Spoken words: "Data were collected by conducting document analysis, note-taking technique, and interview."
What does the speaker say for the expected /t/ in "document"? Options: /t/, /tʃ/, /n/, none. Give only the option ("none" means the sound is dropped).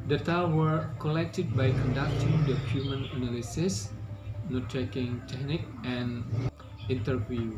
none